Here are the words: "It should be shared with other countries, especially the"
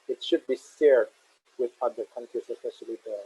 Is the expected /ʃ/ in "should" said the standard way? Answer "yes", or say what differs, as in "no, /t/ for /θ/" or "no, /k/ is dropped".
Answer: yes